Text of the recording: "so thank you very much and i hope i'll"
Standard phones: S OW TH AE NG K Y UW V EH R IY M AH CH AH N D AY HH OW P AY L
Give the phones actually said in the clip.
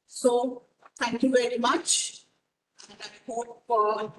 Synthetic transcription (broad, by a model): S OW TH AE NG K Y UW V EH R IY M AH CH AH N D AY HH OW F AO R